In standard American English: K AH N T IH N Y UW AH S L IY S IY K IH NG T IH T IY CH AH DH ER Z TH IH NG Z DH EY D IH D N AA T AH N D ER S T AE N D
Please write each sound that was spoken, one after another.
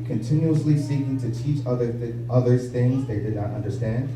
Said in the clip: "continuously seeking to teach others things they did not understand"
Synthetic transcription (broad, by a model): K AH N T IH N Y UW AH S L IY S IY K IH NG T IH T IY CH AH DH ER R TH IH NG Z DH EY D IH D N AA T AH N D ER S T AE N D